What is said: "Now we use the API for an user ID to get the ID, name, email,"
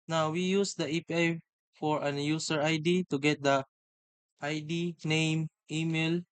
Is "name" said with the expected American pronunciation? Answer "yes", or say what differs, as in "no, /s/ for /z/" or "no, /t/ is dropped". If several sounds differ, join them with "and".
yes